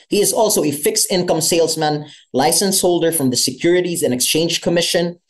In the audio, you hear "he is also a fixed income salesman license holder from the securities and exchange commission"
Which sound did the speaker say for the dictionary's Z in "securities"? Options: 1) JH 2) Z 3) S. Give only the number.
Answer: 2